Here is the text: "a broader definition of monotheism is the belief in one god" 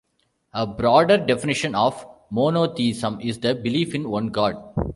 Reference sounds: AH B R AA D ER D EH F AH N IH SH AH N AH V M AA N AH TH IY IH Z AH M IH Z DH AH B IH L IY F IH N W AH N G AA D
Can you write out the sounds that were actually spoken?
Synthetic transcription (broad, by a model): AH B R AA D ER D EH F AH N IH SH AH N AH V M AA N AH T IY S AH M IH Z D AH B IH L IY F IH N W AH N G AA D